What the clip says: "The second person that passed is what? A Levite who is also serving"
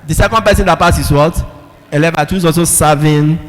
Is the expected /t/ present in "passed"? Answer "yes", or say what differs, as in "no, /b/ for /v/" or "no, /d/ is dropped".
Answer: no, /t/ is dropped